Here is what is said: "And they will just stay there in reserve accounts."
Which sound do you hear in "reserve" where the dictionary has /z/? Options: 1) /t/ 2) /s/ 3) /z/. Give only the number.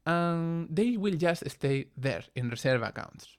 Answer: 2